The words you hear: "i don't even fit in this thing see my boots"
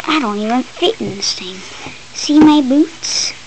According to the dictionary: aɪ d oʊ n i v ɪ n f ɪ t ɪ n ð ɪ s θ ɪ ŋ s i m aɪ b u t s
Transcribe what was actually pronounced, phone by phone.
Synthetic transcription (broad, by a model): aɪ d oʊ n i v ɪ n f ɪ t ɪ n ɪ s t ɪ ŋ s i m aɪ b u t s